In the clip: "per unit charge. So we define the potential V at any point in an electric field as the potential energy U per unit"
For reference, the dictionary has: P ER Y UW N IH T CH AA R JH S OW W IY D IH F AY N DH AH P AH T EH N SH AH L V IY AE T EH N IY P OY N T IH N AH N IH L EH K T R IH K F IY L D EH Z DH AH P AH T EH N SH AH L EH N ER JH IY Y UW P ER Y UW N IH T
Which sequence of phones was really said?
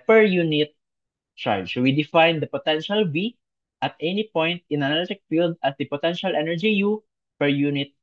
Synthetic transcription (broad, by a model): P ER Y UW N IH T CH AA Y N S W IY D IH F AY N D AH P AH T EH N SH AH L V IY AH T EH N IY P OY N T IH N AH N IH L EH T IH K F IY L D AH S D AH P AH T EH N SH AH L EH N ER JH IY Y UW P ER Y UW N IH T